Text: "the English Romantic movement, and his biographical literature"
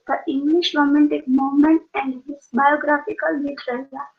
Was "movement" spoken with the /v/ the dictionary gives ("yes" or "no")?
no